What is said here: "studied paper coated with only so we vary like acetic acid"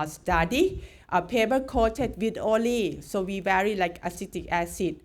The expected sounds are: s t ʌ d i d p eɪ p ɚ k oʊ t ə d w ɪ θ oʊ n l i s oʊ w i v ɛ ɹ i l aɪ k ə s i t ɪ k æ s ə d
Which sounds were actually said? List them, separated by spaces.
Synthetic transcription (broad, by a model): s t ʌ d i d p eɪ b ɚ k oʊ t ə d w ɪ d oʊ l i s oʊ w i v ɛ ɹ i l aɪ k ə s i t ɪ k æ s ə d